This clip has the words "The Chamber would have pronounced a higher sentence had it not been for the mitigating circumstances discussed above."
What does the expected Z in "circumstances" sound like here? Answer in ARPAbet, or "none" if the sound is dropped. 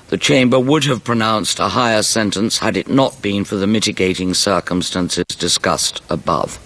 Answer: Z